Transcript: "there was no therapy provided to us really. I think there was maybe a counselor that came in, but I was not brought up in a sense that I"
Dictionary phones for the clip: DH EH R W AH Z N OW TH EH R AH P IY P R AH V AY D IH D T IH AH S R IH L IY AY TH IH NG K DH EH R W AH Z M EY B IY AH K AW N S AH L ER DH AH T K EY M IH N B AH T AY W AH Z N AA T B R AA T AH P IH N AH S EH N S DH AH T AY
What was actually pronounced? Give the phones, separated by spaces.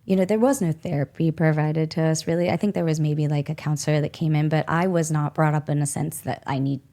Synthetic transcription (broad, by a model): DH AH R W AH Z N OW TH EH R AH P IY P R AH V AY D IH D T IH AH S R IH L IY AY TH IH NG K DH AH R W AH Z M EY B IY AH K AW N S L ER DH AH T K EY M IH N B AH T AY W AH Z N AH T B R AA T AH P IH N AH S EH N S DH AH T AY